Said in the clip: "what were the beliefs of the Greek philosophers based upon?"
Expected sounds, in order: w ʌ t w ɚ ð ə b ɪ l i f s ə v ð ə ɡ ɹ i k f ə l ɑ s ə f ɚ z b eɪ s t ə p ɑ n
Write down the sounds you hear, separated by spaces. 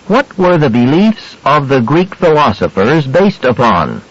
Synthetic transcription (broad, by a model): w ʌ t w ɚ ð ə b ɪ l i f s ə v ð ə ɡ ɹ i k f ə l ɑ s ə f ɚ z b eɪ s t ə p ɑ n